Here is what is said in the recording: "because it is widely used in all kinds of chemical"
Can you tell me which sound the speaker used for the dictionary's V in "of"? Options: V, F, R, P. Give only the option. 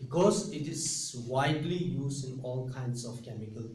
F